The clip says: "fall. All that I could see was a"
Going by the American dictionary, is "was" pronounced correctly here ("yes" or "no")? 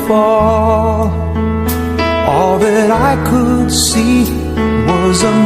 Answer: yes